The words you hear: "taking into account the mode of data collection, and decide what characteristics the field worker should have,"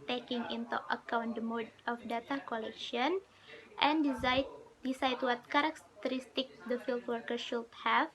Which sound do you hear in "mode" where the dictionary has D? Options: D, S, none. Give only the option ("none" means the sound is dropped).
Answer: D